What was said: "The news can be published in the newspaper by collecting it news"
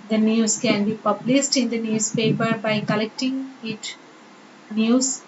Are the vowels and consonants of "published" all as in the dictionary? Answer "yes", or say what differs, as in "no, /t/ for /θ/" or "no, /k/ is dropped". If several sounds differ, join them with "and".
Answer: no, /s/ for /ʃ/